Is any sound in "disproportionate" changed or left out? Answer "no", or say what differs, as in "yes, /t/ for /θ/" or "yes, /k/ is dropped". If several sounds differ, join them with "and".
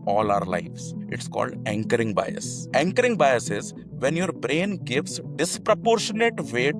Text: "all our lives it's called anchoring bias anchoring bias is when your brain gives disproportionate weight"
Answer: no